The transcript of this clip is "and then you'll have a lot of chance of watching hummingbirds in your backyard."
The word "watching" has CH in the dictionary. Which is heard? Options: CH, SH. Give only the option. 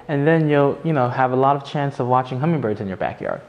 CH